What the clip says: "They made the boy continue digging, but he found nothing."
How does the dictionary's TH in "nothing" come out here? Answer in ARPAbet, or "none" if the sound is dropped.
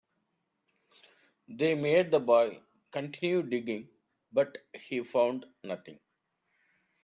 T